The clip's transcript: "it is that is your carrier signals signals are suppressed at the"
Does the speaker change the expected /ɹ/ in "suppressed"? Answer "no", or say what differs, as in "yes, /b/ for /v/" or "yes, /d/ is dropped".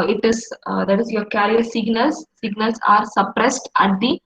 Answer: no